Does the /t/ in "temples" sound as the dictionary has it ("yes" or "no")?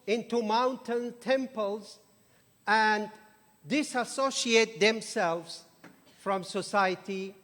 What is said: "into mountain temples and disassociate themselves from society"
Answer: yes